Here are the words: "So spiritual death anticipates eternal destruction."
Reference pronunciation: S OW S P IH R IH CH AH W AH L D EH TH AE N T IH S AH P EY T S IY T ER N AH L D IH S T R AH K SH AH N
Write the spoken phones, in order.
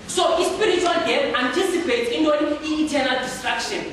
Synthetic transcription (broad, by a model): S OW S P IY R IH CH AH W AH L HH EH T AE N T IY S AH P EY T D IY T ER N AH L D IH S T R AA K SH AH N